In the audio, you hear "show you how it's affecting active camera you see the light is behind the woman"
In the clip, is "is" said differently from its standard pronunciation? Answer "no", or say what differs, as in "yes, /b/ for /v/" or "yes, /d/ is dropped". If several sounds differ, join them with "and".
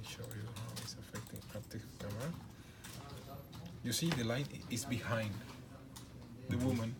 yes, /s/ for /z/